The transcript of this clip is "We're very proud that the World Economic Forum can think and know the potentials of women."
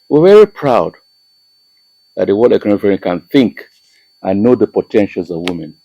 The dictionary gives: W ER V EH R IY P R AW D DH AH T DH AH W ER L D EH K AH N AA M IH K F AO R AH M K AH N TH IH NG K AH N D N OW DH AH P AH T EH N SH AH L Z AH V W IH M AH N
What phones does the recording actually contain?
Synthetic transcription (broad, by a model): W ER V EH R IY P R AW D DH AH T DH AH W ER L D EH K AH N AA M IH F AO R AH K AH N TH IH NG K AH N N OW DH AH P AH T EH N SH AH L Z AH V W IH M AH N